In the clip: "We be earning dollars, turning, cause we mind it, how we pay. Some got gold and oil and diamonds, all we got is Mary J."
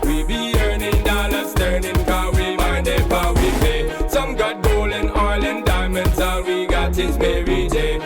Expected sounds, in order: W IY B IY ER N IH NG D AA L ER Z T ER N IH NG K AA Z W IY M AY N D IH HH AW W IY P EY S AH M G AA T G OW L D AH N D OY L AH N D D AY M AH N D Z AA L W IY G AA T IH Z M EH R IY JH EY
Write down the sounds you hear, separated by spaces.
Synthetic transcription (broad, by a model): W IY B IY ER N IH NG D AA L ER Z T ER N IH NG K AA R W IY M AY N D IH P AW W IY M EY S AH M G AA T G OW L AH N OY L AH N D D AY M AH N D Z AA W IY G AA T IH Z M EH R IY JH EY